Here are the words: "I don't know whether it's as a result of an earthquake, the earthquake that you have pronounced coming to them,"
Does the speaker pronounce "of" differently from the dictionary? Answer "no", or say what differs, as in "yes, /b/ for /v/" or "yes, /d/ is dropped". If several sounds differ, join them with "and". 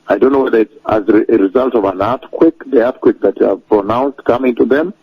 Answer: no